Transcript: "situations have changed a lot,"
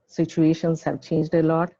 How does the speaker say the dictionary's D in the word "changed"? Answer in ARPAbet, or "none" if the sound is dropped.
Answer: D